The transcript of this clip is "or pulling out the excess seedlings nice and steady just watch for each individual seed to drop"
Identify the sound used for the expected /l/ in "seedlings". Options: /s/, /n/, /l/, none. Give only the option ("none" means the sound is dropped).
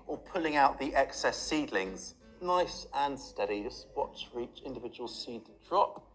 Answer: /l/